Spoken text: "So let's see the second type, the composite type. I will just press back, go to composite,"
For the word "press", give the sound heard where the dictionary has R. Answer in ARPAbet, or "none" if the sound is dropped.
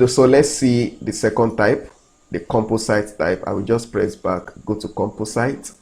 R